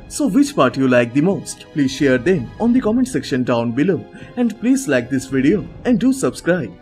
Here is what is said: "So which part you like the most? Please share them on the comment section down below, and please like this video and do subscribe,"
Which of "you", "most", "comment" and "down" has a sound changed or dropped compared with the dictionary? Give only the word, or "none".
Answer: none